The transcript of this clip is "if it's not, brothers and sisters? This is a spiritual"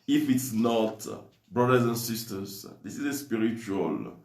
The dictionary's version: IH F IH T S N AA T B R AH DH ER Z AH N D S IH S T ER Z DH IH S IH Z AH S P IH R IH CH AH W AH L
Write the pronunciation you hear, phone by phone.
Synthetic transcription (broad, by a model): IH F IH T S N AA T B R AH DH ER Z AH N S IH S T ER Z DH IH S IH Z AH S P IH R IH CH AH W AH L